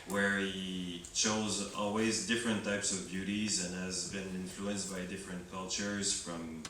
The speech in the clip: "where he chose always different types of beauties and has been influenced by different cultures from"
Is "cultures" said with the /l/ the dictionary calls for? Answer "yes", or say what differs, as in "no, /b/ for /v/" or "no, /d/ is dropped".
yes